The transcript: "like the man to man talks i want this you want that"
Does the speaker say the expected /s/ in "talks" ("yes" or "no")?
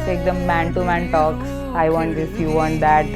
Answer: no